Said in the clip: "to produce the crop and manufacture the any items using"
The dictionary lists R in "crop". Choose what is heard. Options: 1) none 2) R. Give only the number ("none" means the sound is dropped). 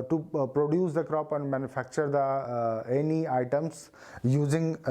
2